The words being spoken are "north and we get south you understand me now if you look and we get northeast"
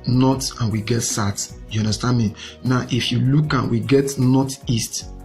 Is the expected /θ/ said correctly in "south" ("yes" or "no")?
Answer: no